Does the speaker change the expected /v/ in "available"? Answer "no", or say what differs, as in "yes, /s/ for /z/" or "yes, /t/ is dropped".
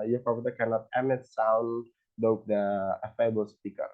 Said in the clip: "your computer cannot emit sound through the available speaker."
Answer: yes, /f/ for /v/